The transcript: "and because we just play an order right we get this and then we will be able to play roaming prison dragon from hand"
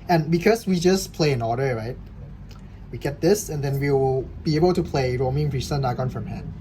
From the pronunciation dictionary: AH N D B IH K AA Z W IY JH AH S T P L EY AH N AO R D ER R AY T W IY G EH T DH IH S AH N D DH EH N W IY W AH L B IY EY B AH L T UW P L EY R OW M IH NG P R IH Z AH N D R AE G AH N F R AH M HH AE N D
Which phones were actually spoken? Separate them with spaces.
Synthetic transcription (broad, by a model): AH N B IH K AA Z W IY JH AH S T P L EY AH N AO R D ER R AY T W IY G EH T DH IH S AH N D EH N W IY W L B IY EY B AH L T UW P L EY R OW M IH NG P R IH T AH N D AA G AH N F R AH M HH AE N